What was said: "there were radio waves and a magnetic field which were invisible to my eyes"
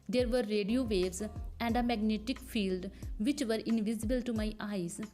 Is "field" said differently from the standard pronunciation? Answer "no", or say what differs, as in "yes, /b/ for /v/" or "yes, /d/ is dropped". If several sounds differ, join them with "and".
no